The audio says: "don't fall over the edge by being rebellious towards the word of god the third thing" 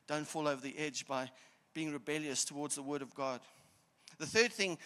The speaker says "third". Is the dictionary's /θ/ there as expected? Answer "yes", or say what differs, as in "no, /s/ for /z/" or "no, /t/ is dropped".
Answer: yes